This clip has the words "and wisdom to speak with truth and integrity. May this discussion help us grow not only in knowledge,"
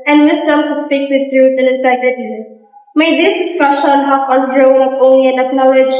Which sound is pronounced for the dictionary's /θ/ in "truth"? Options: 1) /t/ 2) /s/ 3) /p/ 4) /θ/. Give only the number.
1